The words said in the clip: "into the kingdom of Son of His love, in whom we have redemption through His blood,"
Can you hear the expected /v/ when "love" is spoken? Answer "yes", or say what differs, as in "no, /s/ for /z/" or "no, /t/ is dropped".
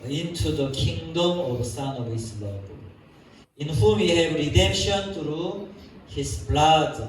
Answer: no, /b/ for /v/